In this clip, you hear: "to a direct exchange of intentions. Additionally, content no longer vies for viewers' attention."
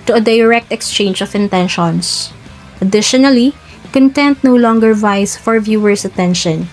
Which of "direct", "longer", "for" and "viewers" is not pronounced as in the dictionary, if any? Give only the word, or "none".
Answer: viewers